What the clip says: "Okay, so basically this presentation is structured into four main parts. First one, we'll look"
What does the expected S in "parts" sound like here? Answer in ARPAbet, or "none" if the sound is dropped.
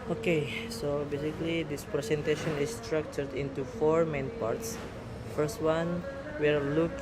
S